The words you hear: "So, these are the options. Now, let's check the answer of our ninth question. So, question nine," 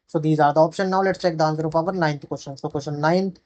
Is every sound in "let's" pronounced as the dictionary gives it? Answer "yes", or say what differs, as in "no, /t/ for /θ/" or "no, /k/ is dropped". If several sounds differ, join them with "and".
yes